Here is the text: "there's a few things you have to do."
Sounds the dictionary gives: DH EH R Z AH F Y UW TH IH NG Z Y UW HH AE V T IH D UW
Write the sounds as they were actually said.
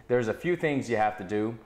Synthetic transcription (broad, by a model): DH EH R Z AH F Y UW TH IH NG Z Y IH HH AE F T IH D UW